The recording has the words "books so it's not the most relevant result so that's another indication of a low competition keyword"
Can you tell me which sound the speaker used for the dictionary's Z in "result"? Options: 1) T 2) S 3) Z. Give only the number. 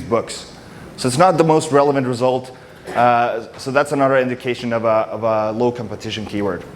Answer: 3